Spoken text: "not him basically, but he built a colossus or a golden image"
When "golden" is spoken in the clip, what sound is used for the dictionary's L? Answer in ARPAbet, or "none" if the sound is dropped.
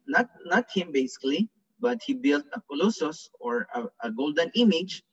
L